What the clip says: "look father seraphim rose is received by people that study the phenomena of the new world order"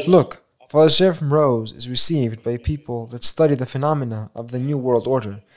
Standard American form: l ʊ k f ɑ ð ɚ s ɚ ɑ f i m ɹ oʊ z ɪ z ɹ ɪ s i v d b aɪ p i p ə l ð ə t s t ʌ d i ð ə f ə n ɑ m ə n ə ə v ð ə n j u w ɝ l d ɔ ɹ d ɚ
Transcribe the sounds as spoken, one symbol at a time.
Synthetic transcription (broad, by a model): l ʊ k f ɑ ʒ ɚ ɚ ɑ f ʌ m ɹ oʊ z ɪ z ɹ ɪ s i v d b aɪ p i p ə l ð ə t s t ʌ d i ð ə f ə n ɑ m ə n ə ə v ð ə n j u w ɝ l d ɔ ɹ d ɚ